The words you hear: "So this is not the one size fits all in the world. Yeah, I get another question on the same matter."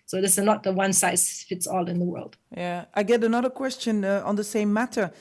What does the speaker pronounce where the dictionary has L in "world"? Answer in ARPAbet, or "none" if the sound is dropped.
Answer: L